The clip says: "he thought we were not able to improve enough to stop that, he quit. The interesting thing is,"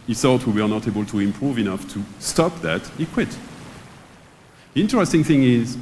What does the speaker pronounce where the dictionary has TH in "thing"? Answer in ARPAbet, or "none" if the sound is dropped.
TH